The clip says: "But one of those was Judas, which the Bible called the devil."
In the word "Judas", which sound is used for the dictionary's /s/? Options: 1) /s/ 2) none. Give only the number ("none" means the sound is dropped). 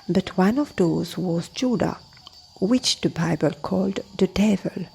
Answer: 2